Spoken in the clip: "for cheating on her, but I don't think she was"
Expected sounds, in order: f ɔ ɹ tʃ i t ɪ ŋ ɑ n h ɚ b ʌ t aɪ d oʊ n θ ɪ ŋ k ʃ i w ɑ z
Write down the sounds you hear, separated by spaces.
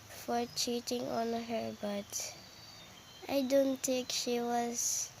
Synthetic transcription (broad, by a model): f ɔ ɹ tʃ i t ɪ ŋ ɑ n h ɚ b ʌ t aɪ d oʊ n t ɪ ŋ k ʃ i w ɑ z